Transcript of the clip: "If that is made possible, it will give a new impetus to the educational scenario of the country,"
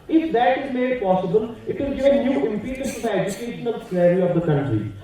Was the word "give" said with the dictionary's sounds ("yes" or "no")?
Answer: no